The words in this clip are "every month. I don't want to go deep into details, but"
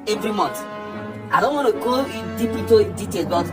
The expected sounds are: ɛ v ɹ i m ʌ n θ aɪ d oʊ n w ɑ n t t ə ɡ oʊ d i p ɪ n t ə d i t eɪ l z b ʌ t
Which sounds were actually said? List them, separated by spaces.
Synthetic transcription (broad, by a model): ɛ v ɹ i m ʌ n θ aɪ d oʊ n w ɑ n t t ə ɡ oʊ d i p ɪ t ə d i t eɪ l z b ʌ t